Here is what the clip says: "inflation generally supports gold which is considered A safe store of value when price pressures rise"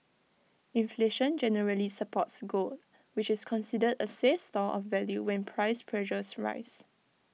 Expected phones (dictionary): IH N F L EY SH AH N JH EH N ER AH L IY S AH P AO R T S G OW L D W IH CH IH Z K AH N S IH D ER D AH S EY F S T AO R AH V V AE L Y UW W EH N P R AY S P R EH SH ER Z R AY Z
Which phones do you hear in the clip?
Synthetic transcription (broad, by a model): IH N F L EY SH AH N JH EH N ER AH L IY S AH P AO T S G OW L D W IH CH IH S K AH N S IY D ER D AH S EY F S T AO L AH F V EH L Y UW W EH N P R AY S P R EH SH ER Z R AY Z